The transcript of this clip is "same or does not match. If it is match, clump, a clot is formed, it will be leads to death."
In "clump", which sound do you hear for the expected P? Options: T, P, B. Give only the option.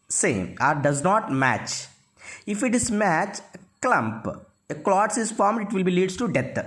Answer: P